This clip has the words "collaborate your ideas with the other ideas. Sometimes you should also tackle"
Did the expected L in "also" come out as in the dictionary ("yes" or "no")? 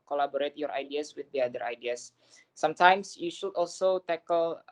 yes